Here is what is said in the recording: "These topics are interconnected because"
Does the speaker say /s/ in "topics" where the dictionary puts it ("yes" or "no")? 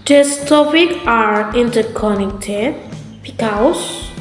no